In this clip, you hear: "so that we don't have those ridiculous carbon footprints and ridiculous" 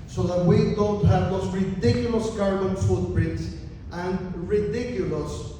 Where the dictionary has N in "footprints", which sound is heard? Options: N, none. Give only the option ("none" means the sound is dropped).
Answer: none